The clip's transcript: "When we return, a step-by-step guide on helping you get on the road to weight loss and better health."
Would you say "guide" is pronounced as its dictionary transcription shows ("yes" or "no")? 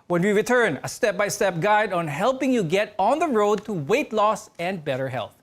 yes